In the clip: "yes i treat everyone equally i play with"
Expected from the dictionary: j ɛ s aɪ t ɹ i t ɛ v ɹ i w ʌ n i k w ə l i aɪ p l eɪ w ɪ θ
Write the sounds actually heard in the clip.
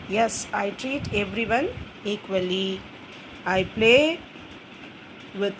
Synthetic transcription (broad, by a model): j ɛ s aɪ t ɹ i t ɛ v ɹ i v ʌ n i k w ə l i aɪ p l eɪ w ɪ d